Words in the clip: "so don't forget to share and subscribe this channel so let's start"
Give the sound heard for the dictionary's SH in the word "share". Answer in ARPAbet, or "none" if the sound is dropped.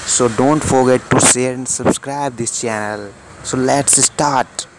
S